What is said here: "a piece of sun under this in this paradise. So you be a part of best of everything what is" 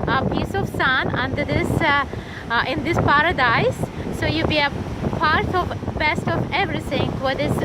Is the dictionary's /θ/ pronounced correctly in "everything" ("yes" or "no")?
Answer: no